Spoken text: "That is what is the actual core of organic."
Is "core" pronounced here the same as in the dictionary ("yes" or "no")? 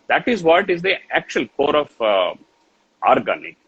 yes